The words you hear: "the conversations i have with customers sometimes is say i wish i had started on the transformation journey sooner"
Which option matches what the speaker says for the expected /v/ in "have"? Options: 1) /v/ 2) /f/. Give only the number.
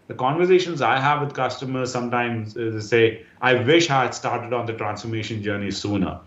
1